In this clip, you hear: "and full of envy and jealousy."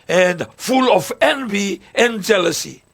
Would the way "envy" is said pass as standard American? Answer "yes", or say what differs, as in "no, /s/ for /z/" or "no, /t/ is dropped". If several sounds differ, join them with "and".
yes